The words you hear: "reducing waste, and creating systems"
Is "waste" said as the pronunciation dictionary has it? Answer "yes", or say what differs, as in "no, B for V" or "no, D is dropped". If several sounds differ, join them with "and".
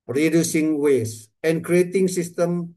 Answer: no, T is dropped